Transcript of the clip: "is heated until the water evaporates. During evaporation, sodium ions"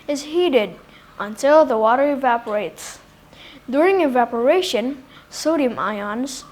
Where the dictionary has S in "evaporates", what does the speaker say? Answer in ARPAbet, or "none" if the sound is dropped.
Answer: S